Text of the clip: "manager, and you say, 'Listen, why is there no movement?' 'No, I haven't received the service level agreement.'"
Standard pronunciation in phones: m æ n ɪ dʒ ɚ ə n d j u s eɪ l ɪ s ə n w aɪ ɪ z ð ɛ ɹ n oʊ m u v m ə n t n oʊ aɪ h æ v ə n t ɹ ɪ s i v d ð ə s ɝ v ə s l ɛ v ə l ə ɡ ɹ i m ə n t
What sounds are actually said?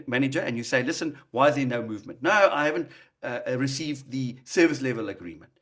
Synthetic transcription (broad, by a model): m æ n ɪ dʒ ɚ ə n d j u s eɪ l ɪ s ə n w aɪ ɪ z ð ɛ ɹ n oʊ m u v m ə n t n oʊ aɪ h æ v ə n t ɹ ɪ s i v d ð ə s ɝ v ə s l ɛ v ə l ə ɡ ɹ i m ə n t